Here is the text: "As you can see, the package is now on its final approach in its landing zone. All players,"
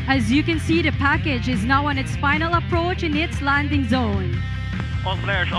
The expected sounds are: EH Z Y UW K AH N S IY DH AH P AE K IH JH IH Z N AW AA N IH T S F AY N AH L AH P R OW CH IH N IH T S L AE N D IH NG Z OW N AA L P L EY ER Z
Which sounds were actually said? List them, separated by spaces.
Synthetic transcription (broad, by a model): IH Z Y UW K AH N S IY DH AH P AE K IH JH IH Z N AW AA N IH T S F AY N AH L AH P R OW CH IH N IH T S L AE N D IH NG Z OW N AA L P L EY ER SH